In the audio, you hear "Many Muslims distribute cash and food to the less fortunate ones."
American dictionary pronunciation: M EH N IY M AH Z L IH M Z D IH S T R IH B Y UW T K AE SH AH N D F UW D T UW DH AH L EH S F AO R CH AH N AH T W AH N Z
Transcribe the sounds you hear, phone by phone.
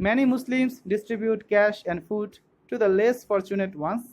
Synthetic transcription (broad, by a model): M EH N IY M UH S L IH M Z D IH S T R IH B Y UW T K AE SH AH N D F UW D T UW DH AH L EH S F AO R CH AH N AH T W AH N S